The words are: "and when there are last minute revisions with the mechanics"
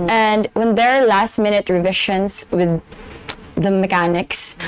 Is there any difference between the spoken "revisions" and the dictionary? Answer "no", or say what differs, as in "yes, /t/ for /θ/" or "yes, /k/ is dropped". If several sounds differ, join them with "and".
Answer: yes, /ʃ/ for /ʒ/